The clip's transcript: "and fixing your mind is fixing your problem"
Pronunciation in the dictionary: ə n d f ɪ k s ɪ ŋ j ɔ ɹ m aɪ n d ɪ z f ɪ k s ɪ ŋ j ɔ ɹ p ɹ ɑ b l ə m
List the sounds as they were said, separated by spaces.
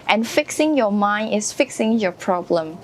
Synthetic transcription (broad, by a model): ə n f ɪ k s ɪ ŋ j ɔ m aɪ n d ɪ s f ɪ k s ɪ ŋ j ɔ p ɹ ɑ b l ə m